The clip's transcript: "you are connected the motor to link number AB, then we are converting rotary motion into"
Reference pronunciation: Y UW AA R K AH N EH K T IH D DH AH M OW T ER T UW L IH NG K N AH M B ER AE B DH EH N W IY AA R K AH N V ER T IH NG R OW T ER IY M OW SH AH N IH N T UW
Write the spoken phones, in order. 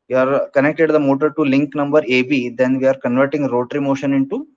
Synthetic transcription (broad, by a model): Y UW AA R K AH N EH K T IH D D AH M OW T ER T UW L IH NG K N AH M B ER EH B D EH N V IY AA R K AH N V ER T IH NG R OW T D IY M OW SH AH N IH N T UW